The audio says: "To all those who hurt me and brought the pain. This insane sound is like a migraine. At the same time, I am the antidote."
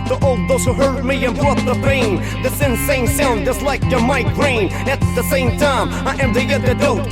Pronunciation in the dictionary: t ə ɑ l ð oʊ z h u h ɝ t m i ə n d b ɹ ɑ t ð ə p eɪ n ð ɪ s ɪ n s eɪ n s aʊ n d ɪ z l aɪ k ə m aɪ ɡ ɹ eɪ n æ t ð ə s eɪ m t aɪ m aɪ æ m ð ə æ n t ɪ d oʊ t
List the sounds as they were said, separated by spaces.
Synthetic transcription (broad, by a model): t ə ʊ l ð oʊ z h u h ɝ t m i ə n b ɹ ɑ t ð ə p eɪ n ð ɪ s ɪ n s eɪ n s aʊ n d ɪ s l aɪ k ə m aɪ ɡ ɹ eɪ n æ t ð ə s eɪ m t aɪ m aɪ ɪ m ð ə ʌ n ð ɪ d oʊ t